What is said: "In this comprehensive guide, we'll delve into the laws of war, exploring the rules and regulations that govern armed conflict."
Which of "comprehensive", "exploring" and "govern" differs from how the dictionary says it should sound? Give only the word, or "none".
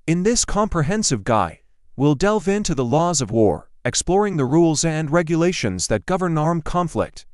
none